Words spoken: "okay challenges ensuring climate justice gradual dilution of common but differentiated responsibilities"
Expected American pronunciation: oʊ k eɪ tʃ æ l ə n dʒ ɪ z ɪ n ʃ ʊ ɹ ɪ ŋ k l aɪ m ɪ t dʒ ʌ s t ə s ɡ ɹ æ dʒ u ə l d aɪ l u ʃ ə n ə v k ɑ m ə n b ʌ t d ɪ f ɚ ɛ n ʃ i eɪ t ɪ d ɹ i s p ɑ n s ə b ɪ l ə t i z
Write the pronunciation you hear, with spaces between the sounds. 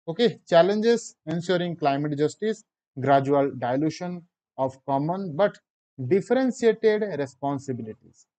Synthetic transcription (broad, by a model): oʊ k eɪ tʃ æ l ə n dʒ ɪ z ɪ n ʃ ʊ ɹ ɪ ŋ k l aɪ m ɪ t dʒ ʌ s t ə s ɡ ɹ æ dʒ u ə l d aɪ l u ʃ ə n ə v k ɑ m ə n b ʌ t d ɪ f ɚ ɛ n s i eɪ t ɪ d ɹ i s p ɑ n s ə b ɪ l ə t i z